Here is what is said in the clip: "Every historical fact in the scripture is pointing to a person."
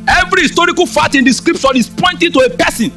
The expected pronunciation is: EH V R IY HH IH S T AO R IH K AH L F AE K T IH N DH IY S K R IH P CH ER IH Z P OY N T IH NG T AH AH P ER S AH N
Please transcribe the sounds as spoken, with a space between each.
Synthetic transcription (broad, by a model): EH V R IY HH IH S T AO R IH K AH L F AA T IH N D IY S K R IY P SH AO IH S P OY N T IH T AH AH P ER S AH N